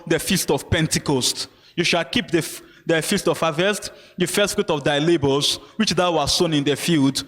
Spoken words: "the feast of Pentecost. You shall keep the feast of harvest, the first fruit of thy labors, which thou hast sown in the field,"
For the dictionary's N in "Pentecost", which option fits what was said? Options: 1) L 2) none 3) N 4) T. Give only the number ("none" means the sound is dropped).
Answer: 3